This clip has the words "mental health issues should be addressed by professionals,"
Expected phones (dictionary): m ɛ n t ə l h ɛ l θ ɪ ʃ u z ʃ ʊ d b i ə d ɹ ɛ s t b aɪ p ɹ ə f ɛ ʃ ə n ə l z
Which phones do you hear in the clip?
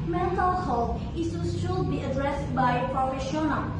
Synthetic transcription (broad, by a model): m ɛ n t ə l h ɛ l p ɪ s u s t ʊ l b i ə d ɹ ɛ s t b aɪ p ɹ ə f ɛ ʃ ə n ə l